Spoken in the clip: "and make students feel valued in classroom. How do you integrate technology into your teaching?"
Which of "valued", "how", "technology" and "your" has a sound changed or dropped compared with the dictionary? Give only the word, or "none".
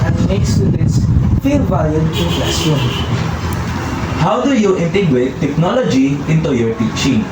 valued